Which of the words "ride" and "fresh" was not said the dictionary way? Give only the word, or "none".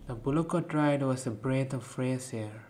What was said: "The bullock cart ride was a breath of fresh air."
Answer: fresh